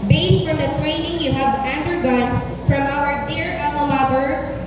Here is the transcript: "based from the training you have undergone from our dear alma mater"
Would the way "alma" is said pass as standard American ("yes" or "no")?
no